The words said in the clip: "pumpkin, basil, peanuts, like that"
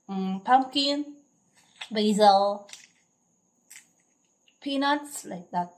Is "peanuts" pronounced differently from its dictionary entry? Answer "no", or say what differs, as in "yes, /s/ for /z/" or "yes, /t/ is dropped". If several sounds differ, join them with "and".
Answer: no